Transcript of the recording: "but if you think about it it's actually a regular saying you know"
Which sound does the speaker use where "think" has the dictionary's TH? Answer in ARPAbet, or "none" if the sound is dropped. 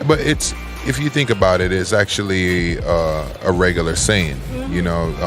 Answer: TH